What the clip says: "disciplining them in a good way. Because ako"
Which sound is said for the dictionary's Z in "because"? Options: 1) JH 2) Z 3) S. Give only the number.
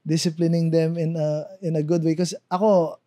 3